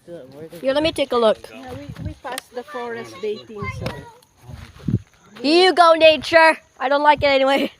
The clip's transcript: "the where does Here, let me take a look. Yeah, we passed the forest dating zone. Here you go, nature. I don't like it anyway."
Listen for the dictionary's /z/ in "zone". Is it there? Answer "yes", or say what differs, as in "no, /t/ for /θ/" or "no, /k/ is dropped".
no, /s/ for /z/